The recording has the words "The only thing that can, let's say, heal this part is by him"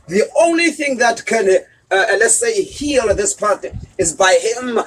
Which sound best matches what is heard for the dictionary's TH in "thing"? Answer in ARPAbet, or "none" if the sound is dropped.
TH